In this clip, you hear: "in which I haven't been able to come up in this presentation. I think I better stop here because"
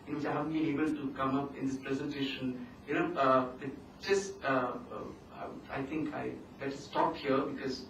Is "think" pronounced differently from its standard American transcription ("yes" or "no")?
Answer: yes